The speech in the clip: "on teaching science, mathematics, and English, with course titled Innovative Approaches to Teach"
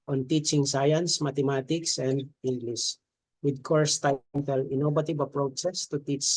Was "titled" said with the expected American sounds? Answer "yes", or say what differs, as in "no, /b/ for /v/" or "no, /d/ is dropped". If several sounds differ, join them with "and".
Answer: no, /d/ is dropped